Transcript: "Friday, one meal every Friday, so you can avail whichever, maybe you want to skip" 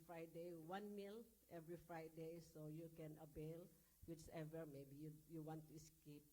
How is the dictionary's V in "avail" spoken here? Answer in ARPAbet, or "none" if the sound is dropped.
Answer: B